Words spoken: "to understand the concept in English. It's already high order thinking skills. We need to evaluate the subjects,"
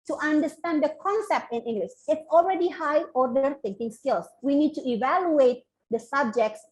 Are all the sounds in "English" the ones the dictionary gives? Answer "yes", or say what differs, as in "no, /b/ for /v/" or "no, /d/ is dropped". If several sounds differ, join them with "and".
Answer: no, /s/ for /ʃ/